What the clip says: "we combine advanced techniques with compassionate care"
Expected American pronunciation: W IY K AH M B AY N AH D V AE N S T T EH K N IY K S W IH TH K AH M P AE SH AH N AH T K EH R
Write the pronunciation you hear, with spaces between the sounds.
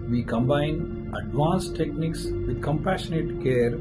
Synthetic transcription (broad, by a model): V IY K AH M B AY N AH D V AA N S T T EH K N IY K S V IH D K AH M P AE SH AH N AH T K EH R